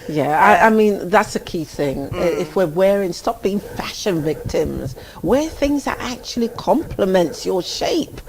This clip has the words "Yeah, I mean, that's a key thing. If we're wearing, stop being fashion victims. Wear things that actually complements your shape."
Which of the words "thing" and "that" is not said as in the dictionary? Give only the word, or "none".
none